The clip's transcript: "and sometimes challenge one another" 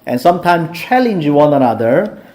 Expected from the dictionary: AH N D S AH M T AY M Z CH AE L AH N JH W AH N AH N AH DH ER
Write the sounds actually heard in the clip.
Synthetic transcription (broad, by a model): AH N S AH M T AY M S CH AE L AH N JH W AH N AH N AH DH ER